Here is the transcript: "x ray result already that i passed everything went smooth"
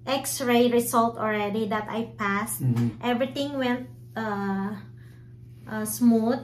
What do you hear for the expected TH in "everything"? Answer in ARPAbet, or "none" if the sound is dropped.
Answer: T